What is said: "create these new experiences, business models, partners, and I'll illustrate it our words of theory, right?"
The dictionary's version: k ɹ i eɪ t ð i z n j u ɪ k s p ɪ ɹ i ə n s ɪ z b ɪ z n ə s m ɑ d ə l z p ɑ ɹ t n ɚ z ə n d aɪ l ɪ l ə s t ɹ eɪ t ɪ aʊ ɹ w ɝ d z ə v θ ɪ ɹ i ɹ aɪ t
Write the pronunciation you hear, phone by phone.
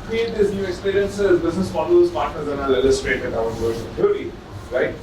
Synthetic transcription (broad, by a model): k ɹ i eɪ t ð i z n j u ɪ k s p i ɹ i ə n s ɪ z b ɪ z n ə s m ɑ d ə z p ɑ ɹ t n ɚ z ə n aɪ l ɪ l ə s t ɹ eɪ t ɪ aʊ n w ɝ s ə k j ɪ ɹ i ɹ aɪ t